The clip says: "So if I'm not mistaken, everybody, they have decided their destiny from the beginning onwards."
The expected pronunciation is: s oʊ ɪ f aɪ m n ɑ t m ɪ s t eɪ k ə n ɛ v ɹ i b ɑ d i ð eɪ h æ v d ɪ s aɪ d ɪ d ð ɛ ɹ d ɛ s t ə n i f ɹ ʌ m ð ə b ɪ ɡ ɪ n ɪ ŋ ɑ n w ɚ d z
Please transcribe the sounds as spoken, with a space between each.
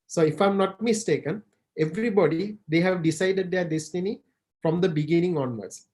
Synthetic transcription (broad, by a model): s oʊ ɪ f aɪ m n ɑ t m ɪ s t eɪ k ə n ɛ v ɹ i b ɑ d i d eɪ h æ v d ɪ s aɪ d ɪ d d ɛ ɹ d ɛ s t ə n i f ɹ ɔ m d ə b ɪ ɡ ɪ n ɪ ŋ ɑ n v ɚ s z